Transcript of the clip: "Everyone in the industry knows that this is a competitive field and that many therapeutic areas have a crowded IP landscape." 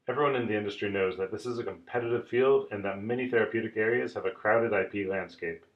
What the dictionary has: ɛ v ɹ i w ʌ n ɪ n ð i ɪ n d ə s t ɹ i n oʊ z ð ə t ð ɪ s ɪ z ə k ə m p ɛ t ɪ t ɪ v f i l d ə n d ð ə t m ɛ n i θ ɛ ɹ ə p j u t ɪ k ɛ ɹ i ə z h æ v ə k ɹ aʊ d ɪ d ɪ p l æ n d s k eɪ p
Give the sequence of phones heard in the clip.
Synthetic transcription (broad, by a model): ɛ v ɹ i w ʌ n ɪ n ð i ɪ n d ə s t ɹ i n oʊ z ð ə t ð ɪ s ɪ z ə k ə m p ɛ t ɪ t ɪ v f i l d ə n ð ə t m ɛ n i θ ɛ ɹ ə p j u t ɪ k ɛ ɹ i ə z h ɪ v ə k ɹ aʊ d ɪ d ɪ p l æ n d s k eɪ p